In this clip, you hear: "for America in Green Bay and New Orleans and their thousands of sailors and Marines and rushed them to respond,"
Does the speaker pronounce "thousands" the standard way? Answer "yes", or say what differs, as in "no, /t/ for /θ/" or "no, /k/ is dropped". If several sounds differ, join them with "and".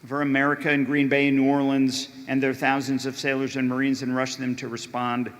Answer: yes